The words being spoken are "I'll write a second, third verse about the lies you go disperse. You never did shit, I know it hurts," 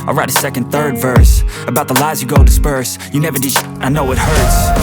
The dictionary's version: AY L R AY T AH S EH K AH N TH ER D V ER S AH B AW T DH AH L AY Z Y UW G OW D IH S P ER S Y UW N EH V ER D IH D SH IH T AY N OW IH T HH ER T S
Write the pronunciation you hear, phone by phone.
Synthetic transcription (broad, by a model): AY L R AY T AH S EH K AH N TH ER D V ER S AH B AW T DH AH L AY Z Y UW G OW D IH S P ER S Y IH N EH V ER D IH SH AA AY N OW IH T HH ER T S